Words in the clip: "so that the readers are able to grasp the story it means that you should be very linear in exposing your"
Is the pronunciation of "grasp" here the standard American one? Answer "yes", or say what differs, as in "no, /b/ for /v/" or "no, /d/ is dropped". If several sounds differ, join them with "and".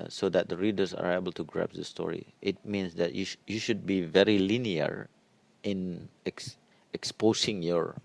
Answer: no, /s/ is dropped